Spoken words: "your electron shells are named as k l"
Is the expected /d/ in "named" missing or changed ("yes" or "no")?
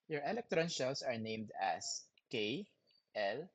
no